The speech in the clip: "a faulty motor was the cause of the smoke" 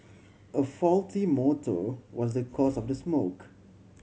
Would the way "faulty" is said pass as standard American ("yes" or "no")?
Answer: yes